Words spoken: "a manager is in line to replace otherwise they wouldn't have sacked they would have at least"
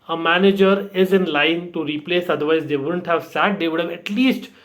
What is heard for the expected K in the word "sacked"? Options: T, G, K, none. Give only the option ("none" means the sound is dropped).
none